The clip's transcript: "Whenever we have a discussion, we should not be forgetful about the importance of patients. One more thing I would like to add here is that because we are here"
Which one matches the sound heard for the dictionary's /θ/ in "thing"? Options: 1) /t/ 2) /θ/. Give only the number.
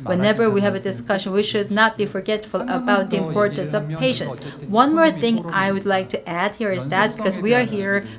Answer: 2